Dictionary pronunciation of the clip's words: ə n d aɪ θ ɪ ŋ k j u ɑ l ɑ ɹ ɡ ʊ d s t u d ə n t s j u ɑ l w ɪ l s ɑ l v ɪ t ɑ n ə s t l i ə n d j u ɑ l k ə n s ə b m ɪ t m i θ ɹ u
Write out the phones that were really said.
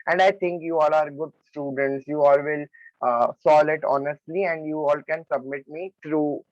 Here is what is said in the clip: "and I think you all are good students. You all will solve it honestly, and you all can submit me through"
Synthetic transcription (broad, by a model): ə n d aɪ t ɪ ŋ k j u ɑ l ɑ ɹ ɡ ʊ d s t u d ə n t s j u ɑ l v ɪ l s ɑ l ɪ t ɑ n ə s t l i ə n d j u ɑ l k ə n s ə b m ɪ t m i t ɹ u